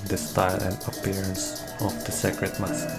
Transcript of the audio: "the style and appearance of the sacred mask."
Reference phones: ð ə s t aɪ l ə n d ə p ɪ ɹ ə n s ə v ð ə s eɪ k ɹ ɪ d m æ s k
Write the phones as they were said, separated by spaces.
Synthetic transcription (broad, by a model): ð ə s t aɪ l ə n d ə p ɪ ɹ ə n s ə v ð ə s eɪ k ɹ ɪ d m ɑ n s